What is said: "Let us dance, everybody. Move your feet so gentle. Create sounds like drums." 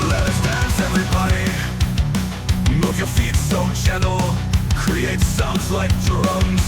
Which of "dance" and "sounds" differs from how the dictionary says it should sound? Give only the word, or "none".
dance